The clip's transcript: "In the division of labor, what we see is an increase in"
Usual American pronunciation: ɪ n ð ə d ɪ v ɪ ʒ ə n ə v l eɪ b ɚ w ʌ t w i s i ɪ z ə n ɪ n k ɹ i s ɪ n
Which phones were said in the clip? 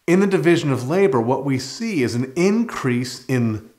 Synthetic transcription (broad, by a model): ɪ n ð ə d ɪ v ɪ ʒ ə n ə v l eɪ b ɚ w ʌ t w i s i ɪ z n ɪ n k ɹ i s ɪ n